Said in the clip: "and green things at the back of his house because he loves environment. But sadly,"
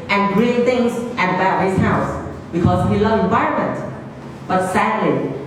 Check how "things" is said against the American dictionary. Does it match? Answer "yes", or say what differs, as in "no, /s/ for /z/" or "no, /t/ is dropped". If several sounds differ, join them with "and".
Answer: no, /t/ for /θ/